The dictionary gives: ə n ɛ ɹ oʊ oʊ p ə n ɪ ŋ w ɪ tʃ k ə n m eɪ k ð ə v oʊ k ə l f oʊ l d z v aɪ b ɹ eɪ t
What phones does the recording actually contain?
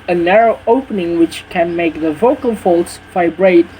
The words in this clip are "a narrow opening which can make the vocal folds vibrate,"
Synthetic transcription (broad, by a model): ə n ɛ ɹ oʊ oʊ p ə n ɪ ŋ w ɪ tʃ k ə n m eɪ k ð ə v oʊ k ə l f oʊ l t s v aɪ b ɹ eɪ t